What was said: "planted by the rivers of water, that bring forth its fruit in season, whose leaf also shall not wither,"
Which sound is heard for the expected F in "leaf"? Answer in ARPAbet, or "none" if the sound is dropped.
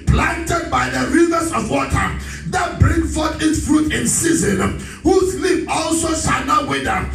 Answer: P